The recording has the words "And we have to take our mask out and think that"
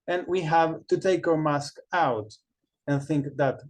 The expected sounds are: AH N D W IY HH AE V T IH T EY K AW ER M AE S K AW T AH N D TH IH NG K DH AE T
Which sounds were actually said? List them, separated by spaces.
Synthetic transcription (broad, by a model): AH N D W IY HH AE V T IH T EY K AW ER M AE S K AW T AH N TH IH NG K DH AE T